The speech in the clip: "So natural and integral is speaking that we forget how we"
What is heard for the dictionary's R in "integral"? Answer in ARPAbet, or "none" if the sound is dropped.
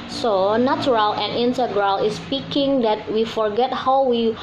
R